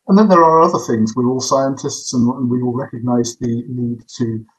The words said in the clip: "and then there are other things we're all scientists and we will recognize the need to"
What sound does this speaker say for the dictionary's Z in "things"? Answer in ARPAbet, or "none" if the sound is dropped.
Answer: Z